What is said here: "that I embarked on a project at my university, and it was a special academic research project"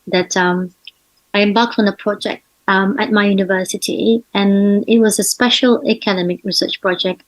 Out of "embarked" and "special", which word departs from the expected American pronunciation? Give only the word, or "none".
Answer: embarked